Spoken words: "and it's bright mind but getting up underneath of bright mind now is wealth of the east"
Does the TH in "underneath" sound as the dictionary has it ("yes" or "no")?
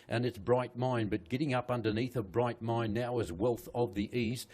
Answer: yes